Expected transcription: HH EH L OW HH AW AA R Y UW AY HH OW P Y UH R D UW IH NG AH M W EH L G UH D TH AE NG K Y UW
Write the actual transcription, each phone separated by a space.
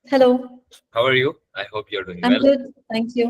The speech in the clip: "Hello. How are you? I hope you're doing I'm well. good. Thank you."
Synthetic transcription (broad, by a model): HH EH L OW HH AW AA R Y UW AY HH OW P Y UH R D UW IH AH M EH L G UH D T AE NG K Y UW